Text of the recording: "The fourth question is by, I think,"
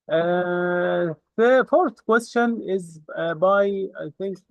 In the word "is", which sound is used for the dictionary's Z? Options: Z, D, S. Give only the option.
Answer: Z